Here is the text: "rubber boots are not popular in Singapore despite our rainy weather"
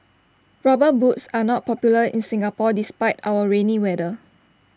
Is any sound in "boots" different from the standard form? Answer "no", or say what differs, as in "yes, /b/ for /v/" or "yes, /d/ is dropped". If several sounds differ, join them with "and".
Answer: no